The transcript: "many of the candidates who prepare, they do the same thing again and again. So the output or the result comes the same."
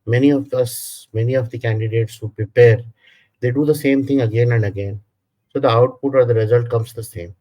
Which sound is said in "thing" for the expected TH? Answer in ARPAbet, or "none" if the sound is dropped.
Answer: T